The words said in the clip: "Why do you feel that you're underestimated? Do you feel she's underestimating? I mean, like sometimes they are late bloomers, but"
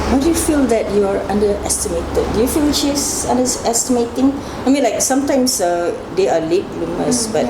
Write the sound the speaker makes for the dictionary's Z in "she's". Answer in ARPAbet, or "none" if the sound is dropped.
S